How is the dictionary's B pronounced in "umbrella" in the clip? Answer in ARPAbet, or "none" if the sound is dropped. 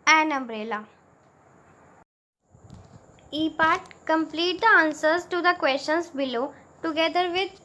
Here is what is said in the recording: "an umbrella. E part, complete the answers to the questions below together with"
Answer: B